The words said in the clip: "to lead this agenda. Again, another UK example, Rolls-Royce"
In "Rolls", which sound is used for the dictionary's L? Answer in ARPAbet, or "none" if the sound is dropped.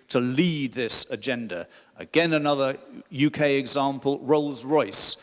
L